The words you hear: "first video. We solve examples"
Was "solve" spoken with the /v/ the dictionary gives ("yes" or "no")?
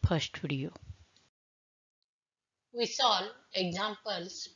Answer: no